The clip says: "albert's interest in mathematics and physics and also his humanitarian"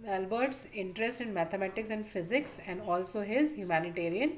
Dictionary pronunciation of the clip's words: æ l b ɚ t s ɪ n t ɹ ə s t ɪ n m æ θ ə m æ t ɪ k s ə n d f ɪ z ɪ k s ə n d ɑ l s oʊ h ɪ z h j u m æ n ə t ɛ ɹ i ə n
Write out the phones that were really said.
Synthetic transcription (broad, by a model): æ l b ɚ t s ɪ n t ɹ ə s t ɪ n m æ t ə m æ t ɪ k s ə n d f ɪ z ɪ k s ə n d ɑ l s oʊ h ɪ z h j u m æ n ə t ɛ ɹ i ə n